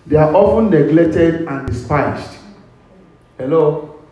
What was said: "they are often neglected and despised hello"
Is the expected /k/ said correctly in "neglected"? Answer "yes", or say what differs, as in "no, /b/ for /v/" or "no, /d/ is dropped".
no, /k/ is dropped